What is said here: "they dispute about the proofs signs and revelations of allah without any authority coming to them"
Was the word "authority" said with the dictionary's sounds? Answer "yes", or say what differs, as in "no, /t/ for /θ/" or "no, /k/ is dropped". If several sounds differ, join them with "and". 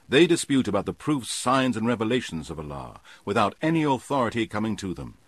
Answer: yes